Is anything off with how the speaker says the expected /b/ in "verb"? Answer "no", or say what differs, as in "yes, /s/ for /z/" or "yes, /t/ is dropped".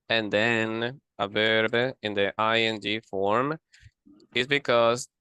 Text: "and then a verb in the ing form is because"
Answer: no